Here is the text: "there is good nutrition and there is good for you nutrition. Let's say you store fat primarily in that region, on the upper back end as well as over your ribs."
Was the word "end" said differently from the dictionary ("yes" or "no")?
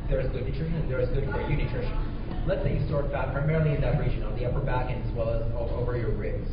yes